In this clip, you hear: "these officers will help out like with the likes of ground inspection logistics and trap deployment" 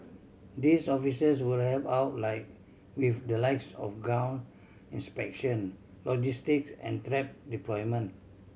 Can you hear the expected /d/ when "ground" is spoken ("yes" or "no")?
no